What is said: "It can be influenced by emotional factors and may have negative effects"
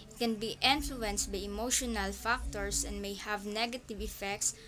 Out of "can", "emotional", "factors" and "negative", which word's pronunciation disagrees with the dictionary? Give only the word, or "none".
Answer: factors